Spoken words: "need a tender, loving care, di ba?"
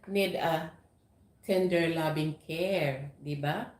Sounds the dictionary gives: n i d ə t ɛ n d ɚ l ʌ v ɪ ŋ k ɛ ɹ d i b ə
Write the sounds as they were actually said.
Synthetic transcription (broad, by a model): n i d ə t ɛ n d ɚ l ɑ b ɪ ŋ k ɛ ɹ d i b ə